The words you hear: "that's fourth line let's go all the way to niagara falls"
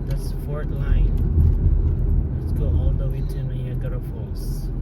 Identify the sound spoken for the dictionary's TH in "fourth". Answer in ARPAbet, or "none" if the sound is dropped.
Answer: T